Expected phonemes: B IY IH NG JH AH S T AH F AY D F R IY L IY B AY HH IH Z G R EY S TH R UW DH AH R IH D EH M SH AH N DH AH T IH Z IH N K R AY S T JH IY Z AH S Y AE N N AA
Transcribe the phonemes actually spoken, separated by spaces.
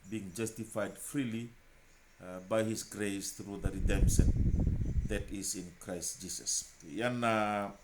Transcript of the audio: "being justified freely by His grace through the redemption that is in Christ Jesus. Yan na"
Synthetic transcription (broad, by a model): B IY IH NG JH AH S T AH F AY D F R IY L IY B AY HH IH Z G R EY S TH R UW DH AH R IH D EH M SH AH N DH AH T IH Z IH N K R AY S T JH IY S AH S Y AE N N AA